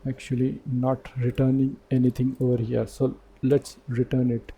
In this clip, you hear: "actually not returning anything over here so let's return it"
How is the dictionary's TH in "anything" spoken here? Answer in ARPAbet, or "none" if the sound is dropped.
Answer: T